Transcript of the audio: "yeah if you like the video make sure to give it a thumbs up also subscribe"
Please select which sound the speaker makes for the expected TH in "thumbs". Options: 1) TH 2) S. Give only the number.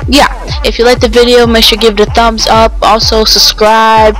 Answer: 1